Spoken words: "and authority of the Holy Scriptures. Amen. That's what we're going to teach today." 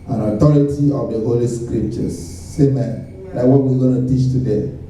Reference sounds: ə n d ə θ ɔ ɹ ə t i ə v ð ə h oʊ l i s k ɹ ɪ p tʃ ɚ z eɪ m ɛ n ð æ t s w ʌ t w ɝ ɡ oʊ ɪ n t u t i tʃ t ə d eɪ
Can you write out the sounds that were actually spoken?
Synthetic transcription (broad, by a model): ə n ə t ɔ ɹ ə t i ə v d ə h oʊ l i s k ɹ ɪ p tʃ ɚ s eɪ m ɛ n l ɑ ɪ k w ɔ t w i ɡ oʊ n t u t i tʃ t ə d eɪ